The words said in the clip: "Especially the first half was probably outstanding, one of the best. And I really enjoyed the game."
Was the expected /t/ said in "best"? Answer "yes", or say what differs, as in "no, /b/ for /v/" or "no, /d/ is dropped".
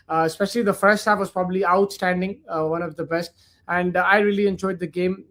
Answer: yes